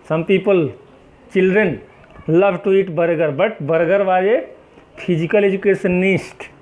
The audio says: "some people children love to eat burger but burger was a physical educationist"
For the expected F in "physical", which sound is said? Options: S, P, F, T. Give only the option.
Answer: P